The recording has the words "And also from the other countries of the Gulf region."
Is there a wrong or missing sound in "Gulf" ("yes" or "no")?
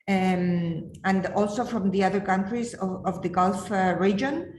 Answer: no